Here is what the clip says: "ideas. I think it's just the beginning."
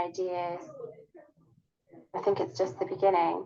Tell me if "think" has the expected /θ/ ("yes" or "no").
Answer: yes